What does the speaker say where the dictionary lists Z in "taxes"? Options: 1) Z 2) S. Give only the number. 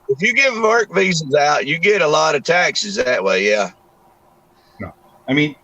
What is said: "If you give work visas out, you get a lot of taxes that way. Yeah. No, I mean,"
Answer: 1